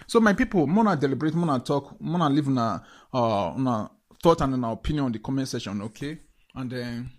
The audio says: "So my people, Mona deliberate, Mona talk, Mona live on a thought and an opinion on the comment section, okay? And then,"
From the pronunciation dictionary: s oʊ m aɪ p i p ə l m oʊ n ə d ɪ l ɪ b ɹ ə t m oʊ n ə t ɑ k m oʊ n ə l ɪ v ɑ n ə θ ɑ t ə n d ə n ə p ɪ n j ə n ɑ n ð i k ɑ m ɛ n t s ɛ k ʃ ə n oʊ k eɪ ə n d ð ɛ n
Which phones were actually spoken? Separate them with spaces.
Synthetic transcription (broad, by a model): s oʊ m aɪ p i p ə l m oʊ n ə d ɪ l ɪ b ɹ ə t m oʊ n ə t ɑ k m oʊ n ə l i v ɑ n ə θ ɑ t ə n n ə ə p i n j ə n ɑ n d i k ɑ m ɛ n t s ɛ ʃ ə n oʊ k eɪ ə n d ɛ n